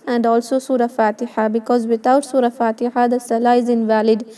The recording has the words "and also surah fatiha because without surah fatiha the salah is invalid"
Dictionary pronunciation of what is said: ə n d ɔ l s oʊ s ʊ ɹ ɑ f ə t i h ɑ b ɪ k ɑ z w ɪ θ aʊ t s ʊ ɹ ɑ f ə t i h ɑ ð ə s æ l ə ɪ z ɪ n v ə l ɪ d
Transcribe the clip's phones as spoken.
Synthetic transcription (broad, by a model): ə n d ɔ l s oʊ s ʊ ɹ ɑ f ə t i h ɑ b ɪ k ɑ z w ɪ t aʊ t s ʊ ɹ ɑ f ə t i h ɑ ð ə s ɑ l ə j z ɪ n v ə l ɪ d